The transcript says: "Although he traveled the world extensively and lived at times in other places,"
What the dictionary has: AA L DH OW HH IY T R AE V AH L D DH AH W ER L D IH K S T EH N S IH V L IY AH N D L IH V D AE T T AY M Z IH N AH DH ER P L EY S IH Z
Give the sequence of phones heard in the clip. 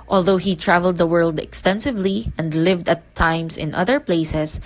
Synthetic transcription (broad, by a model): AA L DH OW HH IY T R AE V AH L D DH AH W ER L D IH K S T EH N S IH V L IY AH N D L IH V D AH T T AY M S IH N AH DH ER P L EY S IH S